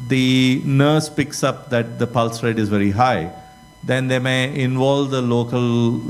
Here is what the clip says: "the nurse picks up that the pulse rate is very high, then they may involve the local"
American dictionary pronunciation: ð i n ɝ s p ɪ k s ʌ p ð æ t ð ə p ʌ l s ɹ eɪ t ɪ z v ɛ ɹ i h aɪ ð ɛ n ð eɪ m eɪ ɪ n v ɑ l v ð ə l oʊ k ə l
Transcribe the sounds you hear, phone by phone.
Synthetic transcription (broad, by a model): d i n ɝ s p ɪ k s ʌ p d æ t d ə p ʌ l s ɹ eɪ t ɪ z v ɛ ɹ i h aɪ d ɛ n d eɪ m eɪ ɪ n v ɑ l v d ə l oʊ k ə l